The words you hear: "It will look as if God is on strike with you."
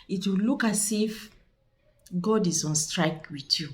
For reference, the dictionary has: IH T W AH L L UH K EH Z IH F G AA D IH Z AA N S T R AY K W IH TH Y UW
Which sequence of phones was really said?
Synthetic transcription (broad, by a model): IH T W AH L L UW K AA S IH F G AA D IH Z AA N S T R AY K W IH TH Y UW